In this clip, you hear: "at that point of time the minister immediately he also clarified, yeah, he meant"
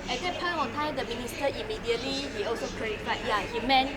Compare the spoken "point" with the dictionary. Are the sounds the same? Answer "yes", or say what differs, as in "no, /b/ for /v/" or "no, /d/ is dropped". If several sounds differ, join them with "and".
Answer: no, /t/ is dropped